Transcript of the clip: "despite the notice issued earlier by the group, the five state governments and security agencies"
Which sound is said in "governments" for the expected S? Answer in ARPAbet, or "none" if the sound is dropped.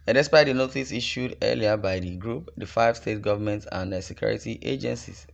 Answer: none